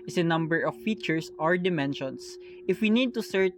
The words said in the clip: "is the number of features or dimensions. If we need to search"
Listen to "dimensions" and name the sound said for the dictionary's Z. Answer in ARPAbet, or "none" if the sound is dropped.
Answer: S